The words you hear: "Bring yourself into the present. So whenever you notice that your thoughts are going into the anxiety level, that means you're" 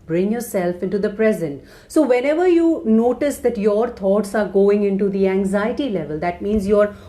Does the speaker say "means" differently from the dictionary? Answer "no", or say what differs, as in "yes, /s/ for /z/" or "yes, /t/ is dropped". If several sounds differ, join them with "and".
no